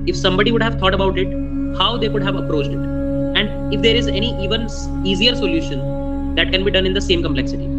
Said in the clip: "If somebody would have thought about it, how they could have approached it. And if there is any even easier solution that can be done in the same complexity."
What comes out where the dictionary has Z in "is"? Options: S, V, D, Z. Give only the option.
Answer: Z